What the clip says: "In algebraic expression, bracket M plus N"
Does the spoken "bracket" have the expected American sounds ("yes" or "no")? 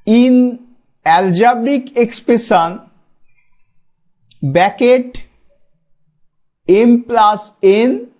no